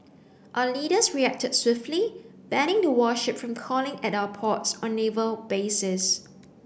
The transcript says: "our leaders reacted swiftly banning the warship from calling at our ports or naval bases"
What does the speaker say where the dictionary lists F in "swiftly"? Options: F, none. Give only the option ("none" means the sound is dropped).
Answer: F